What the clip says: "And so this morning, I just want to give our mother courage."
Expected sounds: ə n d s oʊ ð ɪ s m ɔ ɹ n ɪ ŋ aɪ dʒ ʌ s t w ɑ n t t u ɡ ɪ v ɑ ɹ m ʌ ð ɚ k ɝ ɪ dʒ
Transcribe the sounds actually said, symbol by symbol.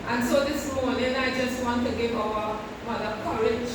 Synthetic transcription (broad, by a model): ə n s oʊ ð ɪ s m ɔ w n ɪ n aɪ dʒ ʌ s t w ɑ n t t u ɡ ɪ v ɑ w m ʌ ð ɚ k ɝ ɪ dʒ